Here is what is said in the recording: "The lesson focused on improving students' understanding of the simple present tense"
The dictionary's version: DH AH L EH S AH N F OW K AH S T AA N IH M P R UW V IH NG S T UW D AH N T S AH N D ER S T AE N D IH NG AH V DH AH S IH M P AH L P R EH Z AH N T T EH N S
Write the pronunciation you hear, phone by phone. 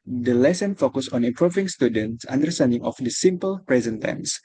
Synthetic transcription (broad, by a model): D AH L EH S AH N F OW K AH S AA N IH M P R UW V IH NG S T UW D AH N T S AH N D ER S T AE N D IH NG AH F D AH S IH M P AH L P R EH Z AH N T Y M S